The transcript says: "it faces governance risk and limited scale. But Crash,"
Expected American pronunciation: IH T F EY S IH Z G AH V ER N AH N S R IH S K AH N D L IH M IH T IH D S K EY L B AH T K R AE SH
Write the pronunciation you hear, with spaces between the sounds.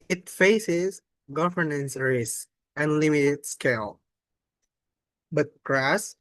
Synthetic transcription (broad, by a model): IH T F EY S IH Z G AH V ER N AH N S R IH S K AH N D L IH M IH T IH D S K EY L B AH T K R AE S